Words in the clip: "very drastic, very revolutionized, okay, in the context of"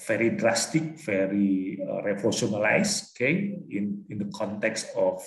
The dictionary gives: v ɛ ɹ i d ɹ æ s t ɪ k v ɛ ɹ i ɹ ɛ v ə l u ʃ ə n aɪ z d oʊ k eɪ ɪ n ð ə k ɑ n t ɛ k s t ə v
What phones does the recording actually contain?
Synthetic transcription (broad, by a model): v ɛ ɹ i d ɹ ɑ s t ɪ k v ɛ ɹ i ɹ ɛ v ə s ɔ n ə l aɪ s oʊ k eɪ ɪ n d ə k ɑ n t ɛ k s t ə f